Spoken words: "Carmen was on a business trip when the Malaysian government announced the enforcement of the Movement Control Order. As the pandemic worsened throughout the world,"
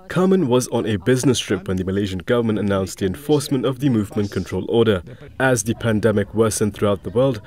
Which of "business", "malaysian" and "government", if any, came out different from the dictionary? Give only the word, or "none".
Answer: none